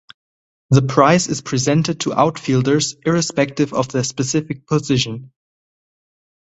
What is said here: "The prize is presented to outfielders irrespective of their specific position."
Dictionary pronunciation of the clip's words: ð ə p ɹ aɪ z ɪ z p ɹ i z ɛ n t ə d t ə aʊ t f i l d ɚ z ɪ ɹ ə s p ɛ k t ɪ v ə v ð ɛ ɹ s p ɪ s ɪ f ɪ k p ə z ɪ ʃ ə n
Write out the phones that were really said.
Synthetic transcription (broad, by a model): ð ə p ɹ aɪ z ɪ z p ɹ i z ɛ n t ə d t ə aʊ t f i l d ɚ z ɪ ɹ ə s p ɛ k t ɪ v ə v ð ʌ s p ɪ s ɪ f ɪ k p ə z ɪ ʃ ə n